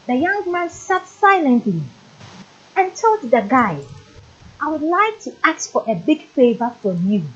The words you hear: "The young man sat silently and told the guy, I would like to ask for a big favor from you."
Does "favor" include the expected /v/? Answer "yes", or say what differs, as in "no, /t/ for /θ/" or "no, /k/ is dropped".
yes